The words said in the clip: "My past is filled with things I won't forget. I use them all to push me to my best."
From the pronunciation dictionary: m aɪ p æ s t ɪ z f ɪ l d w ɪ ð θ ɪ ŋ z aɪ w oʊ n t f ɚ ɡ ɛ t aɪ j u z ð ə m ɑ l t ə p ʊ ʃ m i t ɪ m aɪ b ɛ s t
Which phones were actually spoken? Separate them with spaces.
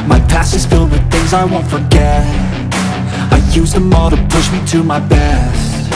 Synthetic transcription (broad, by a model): m aɪ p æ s ɪ z f ɪ l d w ɪ ð θ ɪ ŋ z aɪ w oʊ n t f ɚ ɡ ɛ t aɪ j u z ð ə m ɑ l t ə p ʊ ʃ m i t ɪ m aɪ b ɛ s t